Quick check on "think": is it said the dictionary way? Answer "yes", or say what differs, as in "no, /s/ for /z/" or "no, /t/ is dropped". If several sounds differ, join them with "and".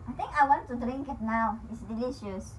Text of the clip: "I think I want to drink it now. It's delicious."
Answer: no, /t/ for /θ/